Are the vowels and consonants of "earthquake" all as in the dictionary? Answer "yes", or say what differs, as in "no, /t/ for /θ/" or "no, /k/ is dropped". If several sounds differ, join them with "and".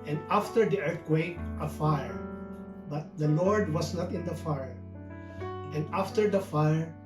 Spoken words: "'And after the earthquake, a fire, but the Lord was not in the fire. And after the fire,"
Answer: no, /t/ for /θ/